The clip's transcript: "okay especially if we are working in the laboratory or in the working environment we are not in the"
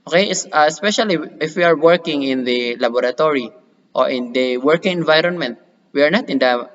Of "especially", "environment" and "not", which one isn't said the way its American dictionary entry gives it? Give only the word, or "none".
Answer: none